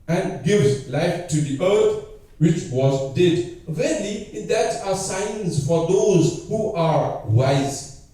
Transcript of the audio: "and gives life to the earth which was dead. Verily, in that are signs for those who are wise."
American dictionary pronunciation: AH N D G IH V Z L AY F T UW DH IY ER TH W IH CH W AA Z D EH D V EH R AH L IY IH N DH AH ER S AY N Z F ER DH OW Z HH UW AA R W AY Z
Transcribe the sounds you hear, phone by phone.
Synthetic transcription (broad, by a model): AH N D G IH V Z L AY F T UW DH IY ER T W IH CH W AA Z D EH D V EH L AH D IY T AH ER S AY N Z F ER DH OW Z HH UW AA R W AY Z